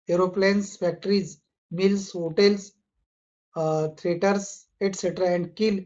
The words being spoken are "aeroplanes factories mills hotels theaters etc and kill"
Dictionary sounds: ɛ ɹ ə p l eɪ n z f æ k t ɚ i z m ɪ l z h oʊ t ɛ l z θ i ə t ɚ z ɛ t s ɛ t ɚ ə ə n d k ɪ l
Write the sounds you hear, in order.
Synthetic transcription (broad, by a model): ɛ ɹ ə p l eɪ n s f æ k t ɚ i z m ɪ l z h oʊ t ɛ l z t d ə t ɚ s ɛ t s ɛ t ɚ ə ə n d k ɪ l